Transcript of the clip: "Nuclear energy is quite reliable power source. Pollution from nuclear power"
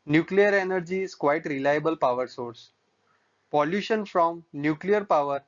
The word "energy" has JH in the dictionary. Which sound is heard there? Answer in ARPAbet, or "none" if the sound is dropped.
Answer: JH